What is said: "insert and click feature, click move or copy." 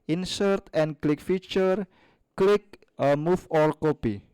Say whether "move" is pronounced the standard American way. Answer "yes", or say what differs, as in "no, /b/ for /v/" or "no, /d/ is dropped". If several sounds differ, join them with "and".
no, /f/ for /v/